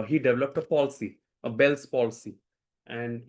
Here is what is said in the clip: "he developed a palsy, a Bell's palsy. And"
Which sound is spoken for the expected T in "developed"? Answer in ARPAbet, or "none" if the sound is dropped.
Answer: T